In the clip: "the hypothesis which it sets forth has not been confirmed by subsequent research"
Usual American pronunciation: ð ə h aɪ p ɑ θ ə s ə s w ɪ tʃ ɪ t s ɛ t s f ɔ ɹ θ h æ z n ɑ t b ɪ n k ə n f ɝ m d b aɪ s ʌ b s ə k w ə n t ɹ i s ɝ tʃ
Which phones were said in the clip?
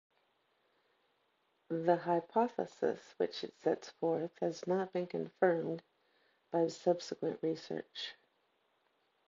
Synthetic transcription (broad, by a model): ð ə h aɪ p ɑ θ ə s ə s w ɪ tʃ ɪ t s ɛ t s f ɔ ɹ θ h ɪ z n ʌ t b ɪ n k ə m f ɝ m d b aɪ s ʌ b s ə k w ə n t ɹ i s ɝ tʃ